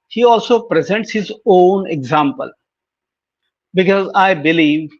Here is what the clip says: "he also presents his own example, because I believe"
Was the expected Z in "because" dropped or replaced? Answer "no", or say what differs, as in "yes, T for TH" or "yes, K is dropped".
no